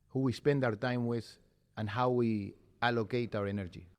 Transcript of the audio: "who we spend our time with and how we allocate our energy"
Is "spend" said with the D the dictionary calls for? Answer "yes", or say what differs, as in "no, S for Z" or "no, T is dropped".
yes